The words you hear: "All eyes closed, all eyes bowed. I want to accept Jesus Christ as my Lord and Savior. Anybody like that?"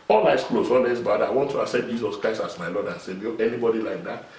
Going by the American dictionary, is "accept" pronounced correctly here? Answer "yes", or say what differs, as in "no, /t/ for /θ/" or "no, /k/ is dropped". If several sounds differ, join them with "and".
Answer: no, /k/ is dropped